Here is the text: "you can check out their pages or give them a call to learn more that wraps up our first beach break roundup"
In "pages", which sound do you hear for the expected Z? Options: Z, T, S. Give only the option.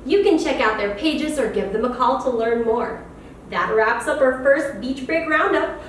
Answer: Z